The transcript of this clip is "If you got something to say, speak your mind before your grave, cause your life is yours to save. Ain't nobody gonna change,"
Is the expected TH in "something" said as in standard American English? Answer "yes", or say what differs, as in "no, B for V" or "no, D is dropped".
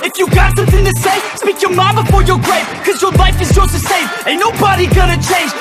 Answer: yes